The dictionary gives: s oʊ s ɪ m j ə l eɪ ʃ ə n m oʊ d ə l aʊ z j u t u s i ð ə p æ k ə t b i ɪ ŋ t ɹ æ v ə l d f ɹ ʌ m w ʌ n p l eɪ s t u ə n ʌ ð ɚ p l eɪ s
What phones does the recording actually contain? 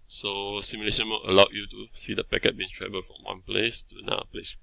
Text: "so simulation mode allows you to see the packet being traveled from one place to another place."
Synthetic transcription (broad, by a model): s oʊ s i m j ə l eɪ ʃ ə n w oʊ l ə l aʊ j u t u s i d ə p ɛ k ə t b i ɪ ŋ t ɹ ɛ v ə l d f ɹ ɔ m w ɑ n p l eɪ s t u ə n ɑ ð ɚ p l eɪ s